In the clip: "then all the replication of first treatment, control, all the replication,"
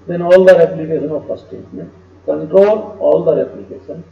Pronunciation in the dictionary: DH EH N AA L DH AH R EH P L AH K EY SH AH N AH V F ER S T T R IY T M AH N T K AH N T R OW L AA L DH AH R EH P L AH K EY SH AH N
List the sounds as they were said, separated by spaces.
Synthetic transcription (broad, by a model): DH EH N AA L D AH R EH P L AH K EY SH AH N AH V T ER S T T EH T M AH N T K AH N T R OW L AA L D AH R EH P L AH K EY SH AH N